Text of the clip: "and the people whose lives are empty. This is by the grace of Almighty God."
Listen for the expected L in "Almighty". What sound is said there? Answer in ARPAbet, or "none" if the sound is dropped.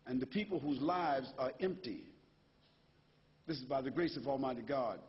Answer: L